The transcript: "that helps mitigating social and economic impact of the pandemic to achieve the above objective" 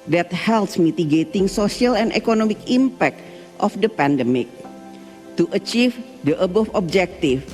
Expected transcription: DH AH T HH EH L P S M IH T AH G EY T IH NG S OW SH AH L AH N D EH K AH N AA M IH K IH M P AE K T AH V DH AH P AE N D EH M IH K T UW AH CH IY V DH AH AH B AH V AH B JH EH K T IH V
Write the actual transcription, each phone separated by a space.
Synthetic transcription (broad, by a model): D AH T HH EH L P S M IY T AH G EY T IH NG S OW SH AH L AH N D EH K AH N AA M IH K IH M P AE K T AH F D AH P AE N D EH M IH K T UW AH CH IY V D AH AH B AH F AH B JH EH K T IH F